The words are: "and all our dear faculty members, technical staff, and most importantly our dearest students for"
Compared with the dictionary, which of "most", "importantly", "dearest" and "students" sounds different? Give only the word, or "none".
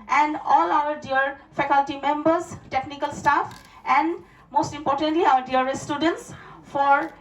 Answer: dearest